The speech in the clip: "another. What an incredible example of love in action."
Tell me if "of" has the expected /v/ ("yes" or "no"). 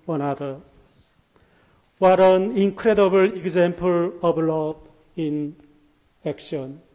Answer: no